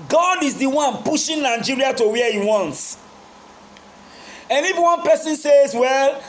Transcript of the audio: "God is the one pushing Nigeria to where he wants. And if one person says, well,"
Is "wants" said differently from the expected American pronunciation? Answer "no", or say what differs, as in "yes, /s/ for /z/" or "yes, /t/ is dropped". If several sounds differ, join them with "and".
no